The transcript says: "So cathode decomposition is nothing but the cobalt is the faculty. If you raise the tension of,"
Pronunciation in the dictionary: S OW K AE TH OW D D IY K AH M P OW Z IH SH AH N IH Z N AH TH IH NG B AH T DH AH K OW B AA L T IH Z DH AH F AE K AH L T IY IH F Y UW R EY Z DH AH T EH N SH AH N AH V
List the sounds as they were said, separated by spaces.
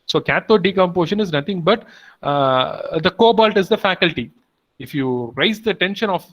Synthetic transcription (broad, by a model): S OW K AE T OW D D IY K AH M P OW SH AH N IH Z N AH T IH NG B AH T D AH K OW B AA L T IH Z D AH F AE K AH L T IY IH F Y UW R EY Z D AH T EH N SH AH N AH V